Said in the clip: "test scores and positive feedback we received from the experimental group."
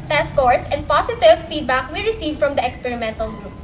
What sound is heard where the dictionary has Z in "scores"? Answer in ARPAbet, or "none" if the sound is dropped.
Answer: S